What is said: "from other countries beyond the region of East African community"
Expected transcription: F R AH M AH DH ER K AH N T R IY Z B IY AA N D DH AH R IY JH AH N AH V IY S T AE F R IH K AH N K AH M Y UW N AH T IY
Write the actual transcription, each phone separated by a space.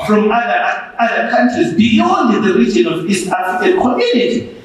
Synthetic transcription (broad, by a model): F R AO M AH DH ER K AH N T R IY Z B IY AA N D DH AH R IY JH AH N AH V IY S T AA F IH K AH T K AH M Y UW N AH T IY